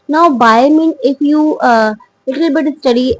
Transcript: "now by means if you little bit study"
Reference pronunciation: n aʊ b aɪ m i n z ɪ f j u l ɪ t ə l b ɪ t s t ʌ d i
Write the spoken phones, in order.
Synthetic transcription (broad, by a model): n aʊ b aɪ m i n ɪ f j u l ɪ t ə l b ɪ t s t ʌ d i